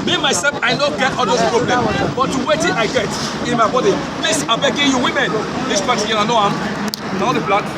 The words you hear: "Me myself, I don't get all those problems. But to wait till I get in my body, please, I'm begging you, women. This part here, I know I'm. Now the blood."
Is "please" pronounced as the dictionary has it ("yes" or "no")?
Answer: no